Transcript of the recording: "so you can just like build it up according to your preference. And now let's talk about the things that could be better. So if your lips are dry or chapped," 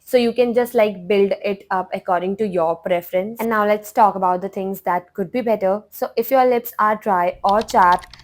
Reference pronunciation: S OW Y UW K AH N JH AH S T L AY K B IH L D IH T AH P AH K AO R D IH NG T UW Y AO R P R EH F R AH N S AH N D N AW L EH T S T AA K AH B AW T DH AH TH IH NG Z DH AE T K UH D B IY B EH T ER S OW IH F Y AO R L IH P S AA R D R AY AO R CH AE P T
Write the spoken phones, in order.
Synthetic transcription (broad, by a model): S OW Y UW K AH N JH AH S T L AY K B IH L D IH T AH P AH K AO R D IH NG T UW Y AO R P R EH F R AH N S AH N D N AW L EH T S T AA K AH B AW T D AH T IH NG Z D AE T K UH D B IY B EH T ER S OW IH F Y AO R L IH P S AA R D R AY AO R CH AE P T